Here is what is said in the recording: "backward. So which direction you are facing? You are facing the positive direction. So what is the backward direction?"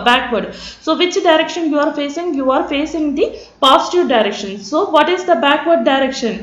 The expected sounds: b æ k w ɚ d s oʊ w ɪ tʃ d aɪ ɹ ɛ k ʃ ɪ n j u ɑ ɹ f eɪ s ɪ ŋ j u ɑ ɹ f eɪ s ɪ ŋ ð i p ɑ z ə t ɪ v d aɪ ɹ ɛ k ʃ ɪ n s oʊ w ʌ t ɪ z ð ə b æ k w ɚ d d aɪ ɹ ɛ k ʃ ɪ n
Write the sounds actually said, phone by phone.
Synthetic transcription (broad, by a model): b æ k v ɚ d s oʊ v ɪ tʃ d aɪ ɹ ɛ k ʃ ɪ n j u ɑ ɹ f eɪ s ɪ ŋ j u ɑ ɹ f eɪ s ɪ ŋ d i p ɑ s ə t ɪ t d aɪ ɹ ɛ k ʃ ɪ n s oʊ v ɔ t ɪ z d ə b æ k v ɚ d d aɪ ɹ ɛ k ʃ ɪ n